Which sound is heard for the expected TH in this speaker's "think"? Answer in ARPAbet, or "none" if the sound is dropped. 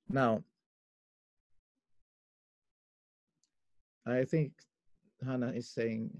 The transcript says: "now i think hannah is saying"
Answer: TH